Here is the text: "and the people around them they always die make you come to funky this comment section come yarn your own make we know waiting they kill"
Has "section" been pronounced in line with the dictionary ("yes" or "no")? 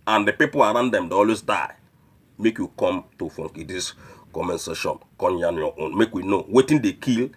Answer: no